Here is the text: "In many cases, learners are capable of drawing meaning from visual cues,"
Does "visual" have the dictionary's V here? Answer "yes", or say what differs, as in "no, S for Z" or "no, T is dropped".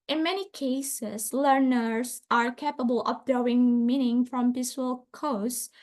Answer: no, P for V